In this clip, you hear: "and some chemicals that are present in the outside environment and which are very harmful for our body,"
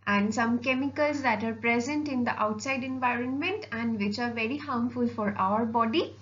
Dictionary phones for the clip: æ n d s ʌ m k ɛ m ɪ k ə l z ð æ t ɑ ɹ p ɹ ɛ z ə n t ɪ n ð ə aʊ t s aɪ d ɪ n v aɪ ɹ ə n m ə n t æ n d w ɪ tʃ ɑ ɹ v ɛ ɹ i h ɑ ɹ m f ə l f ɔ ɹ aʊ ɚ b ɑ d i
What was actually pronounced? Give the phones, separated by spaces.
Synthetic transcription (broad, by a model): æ n d s ʌ m k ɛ m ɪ k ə l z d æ t ɑ ɹ p ɹ ɛ z ə n t ɪ n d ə aʊ t s aɪ d ɪ n v aɪ ɹ ə n m ə n t æ n d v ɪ tʃ ɑ ɹ v ɛ ɹ i h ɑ m f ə l f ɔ ɹ aʊ ɚ b ɑ d i